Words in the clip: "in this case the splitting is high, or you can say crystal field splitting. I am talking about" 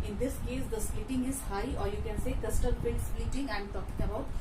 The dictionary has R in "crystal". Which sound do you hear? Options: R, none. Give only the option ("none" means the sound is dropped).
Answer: none